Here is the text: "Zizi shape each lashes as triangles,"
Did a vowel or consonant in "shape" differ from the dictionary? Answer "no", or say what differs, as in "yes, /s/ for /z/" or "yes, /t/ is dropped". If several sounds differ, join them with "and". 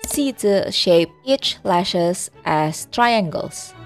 no